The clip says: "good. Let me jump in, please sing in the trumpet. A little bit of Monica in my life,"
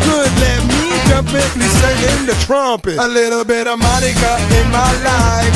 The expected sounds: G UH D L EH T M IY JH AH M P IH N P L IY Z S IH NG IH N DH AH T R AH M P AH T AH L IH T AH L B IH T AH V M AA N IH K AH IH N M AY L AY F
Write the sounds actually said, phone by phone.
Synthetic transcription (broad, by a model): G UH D L EH T M IY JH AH P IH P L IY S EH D IH N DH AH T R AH M P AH T AH L IH T L B IH T AH V M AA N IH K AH IH N M AY L AY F